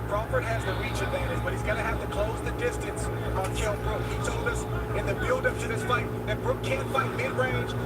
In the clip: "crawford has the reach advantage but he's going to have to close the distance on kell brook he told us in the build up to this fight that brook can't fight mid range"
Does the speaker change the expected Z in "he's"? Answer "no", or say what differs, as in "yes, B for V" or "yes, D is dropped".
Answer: no